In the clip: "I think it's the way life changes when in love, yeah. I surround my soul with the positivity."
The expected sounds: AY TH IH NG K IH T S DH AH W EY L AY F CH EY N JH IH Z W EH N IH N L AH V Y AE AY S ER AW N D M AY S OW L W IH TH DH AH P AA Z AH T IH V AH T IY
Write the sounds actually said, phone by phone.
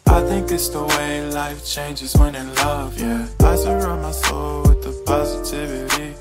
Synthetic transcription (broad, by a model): AY TH IH NG K IH T S DH AH W EY L AY F CH EY N JH IH Z W EH N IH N L AH V Y AE AY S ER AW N M AY S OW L W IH DH AH P AA Z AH T IH V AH T IY